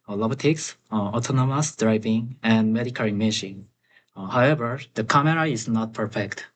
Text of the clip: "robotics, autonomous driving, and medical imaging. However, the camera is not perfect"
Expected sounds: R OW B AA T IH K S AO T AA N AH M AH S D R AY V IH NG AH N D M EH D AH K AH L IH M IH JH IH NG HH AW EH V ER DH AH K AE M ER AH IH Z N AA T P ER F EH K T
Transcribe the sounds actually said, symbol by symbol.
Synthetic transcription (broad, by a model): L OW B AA T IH K S AO T AA N AH M AH S D R AY V IH NG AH N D M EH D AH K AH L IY M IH SH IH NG HH AW EH V ER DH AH K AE M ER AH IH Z N AA T P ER F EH K T